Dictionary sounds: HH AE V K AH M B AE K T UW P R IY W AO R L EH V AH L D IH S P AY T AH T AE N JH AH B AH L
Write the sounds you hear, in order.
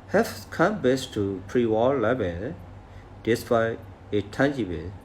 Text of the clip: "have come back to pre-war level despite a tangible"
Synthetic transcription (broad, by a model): HH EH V K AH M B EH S T UW P R IY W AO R L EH B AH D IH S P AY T AH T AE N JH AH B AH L